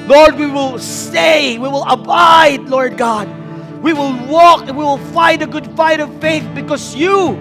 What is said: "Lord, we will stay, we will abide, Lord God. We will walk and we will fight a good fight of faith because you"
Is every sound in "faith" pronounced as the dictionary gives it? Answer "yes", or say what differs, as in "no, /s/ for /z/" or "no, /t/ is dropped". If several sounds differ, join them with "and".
yes